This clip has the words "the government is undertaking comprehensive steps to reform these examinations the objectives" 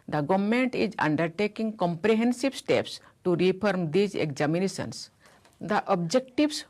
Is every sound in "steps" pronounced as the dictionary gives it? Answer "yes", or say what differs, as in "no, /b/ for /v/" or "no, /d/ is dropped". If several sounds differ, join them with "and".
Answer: yes